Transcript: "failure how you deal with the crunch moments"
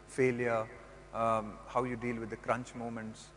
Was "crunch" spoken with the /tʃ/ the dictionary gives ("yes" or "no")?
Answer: yes